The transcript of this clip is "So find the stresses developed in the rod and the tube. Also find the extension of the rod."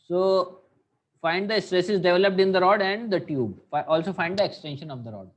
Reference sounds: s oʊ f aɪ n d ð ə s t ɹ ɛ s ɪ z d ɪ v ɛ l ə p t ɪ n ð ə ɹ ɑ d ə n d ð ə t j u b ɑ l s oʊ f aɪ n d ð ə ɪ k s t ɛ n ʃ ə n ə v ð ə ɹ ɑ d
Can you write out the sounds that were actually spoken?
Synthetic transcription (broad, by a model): s oʊ f aɪ n d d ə s t ɹ ɛ s ɪ z d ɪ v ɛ l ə p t ɪ n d ə ɹ ɑ d ə n d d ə t j u b ɑ l s oʊ f aɪ n d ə ɪ k s t ɛ n ʃ ə n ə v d ə ɹ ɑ d